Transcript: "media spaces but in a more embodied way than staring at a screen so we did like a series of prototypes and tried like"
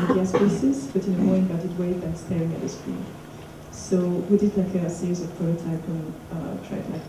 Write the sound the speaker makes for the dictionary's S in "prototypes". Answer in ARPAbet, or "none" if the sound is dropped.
none